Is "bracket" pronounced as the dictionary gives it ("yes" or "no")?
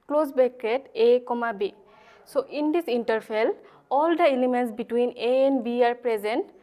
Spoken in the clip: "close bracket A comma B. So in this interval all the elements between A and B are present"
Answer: no